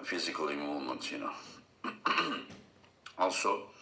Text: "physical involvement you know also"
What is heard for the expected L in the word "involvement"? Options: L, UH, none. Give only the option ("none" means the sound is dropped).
none